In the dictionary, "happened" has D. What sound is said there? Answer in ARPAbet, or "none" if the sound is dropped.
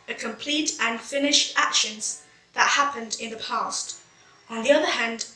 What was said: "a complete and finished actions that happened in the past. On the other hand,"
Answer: D